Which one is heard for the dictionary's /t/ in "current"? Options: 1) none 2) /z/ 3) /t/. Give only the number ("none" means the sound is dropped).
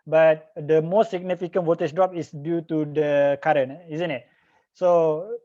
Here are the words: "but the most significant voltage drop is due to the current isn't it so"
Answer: 1